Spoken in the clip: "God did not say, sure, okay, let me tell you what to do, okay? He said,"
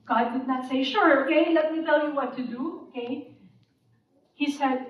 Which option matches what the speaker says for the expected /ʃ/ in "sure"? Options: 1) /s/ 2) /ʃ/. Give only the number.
2